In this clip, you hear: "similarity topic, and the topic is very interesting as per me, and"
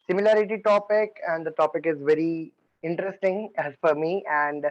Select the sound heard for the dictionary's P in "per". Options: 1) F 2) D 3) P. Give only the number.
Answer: 1